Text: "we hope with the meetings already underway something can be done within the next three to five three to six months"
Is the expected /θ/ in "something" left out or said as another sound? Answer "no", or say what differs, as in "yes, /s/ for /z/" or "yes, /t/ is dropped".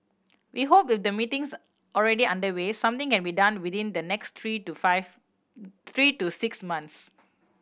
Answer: yes, /t/ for /θ/